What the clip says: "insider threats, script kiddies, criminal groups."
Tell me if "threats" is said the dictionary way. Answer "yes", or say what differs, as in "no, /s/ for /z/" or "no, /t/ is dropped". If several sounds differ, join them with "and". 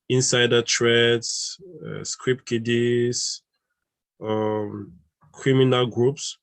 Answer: no, /t/ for /θ/